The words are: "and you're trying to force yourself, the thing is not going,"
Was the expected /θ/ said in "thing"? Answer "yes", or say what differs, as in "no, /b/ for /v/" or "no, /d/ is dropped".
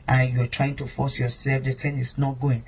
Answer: no, /t/ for /θ/